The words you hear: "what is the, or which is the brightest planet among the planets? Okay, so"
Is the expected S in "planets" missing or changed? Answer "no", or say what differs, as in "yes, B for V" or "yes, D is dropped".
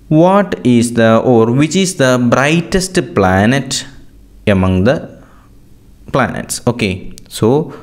no